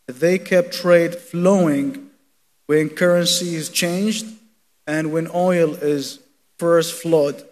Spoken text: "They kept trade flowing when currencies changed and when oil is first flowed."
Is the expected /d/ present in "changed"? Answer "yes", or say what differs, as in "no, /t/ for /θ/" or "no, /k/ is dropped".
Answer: yes